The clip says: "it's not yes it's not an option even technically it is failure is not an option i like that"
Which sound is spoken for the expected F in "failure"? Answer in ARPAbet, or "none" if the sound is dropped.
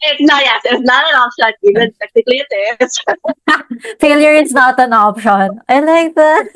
F